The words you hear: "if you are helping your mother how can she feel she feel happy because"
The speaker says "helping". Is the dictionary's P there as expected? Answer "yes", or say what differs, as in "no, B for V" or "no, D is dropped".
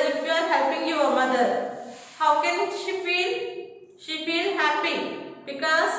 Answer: yes